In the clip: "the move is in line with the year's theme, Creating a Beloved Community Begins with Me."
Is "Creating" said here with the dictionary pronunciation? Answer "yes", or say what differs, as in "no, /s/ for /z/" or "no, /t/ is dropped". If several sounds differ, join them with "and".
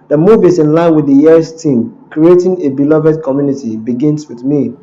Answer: yes